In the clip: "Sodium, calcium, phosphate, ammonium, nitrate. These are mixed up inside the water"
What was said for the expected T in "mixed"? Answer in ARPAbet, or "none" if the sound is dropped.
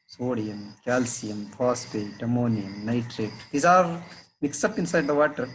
none